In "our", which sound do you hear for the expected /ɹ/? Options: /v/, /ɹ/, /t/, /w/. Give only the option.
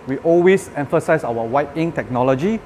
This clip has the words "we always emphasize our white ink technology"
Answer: /w/